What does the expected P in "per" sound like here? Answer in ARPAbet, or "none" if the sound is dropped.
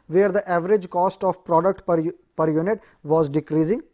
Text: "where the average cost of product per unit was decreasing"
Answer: P